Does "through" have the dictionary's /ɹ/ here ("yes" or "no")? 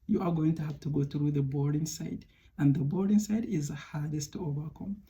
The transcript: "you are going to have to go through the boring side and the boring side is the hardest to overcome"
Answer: yes